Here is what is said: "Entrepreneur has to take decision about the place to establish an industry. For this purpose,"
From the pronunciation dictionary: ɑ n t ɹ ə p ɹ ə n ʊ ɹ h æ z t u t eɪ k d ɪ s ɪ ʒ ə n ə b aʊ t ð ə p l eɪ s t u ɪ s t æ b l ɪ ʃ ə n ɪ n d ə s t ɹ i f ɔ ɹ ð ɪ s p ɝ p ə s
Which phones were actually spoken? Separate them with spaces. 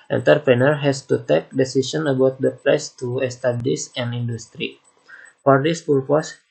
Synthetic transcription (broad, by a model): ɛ n t ɹ p ɹ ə n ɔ ɹ h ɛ s t u t eɪ k d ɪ s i s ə n ə b aʊ t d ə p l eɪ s t u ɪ s t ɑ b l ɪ s ə n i n d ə s t ɹ i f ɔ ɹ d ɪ s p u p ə s